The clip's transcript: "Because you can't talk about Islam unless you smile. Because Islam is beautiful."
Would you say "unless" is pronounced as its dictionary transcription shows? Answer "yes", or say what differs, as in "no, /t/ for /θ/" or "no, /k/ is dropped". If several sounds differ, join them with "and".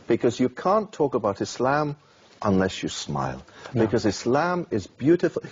yes